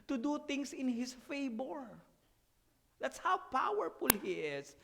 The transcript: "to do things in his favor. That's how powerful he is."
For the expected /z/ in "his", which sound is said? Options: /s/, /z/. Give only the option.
/s/